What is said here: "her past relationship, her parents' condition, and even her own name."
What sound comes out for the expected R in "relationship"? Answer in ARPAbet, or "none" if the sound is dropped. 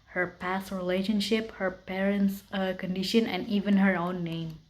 R